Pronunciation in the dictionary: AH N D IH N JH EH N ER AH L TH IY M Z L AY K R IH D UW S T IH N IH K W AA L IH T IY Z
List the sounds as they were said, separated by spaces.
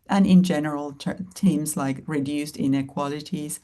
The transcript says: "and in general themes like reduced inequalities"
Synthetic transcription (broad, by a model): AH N IH N JH EH N ER AH L T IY M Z L AY K R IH D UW S T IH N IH K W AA L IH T IY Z